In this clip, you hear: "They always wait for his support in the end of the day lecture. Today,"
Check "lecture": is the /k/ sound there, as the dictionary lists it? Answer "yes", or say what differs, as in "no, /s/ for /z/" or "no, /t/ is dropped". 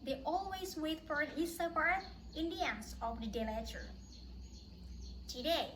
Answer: no, /k/ is dropped